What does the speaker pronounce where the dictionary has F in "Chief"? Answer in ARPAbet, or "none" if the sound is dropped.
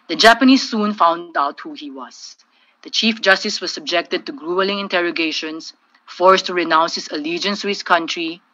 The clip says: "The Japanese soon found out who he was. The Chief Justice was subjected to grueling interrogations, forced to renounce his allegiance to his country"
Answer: F